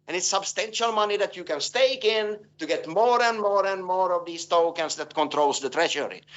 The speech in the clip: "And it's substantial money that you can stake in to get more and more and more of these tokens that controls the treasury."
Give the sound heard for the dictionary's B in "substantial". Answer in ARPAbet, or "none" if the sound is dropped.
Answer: B